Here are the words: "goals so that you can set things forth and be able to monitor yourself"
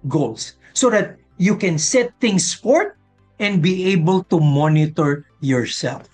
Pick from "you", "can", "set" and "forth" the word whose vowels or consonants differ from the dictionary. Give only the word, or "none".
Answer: forth